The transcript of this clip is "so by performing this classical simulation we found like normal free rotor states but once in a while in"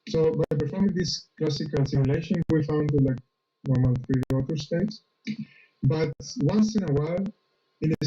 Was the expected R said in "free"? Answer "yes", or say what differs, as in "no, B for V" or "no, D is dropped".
no, R is dropped